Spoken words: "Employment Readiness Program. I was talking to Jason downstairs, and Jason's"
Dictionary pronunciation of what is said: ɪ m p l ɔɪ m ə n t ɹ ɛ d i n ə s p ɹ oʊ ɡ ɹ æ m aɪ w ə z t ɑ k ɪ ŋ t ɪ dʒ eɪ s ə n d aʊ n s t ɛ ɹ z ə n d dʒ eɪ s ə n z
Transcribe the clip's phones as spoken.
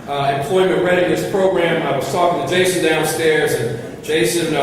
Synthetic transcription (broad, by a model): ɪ m p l ɔɪ m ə n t ɹ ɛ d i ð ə s p ɹ oʊ ɡ ɹ æ m aɪ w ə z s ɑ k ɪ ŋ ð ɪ dʒ eɪ s ə n d aʊ n s t ɛ ɹ z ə n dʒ eɪ s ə n